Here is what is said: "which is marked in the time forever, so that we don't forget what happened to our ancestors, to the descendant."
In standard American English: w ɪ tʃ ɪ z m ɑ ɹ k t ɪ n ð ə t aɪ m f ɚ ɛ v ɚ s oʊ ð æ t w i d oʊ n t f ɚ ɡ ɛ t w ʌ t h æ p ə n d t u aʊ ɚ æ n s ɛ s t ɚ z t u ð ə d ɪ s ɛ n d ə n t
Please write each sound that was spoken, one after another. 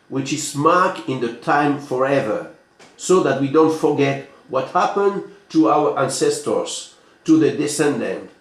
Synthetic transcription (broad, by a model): w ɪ tʃ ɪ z m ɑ ɹ k ɪ n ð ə t aɪ m f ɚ ɛ v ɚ s oʊ ð æ t w i d oʊ n t f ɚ ɡ ɛ t w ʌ t h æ p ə n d t u aʊ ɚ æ n s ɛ s t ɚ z t u ð ə d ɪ s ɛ n d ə n t